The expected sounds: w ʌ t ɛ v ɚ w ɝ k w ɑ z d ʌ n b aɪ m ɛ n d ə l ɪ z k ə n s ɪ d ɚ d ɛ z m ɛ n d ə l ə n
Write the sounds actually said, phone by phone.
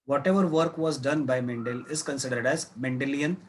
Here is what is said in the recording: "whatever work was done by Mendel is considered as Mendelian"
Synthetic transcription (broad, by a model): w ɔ t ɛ v ɚ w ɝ k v ɑ z d ʌ n b aɪ m ɛ n d ə l ɪ z k ə n s ɪ d ɚ d ɛ z m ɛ n d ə l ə n